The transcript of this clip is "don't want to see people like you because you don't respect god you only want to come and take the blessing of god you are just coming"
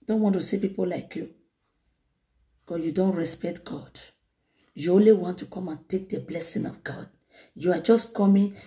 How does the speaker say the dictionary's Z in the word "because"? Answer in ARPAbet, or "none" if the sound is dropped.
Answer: none